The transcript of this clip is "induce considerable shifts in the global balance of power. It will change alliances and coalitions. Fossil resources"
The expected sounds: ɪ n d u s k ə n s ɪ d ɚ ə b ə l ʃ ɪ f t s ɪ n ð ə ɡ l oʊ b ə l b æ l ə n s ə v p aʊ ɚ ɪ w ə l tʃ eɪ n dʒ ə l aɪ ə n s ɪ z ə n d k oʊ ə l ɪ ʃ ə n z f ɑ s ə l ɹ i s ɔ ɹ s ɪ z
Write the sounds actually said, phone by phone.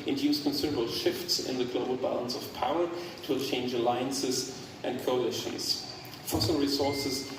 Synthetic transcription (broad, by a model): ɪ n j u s k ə n s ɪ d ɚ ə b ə l ʃ ɪ f t s ɪ n ð ə ɡ l oʊ b ə l b æ l ə n s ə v p aʊ ɚ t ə tʃ eɪ n dʒ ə l aɪ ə n s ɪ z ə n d k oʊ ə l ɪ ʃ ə z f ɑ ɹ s ɹ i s ɔ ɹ s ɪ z